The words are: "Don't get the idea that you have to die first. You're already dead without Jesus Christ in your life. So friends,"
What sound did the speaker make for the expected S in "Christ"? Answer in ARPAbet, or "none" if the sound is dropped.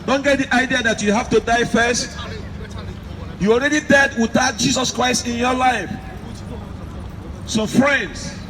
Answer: S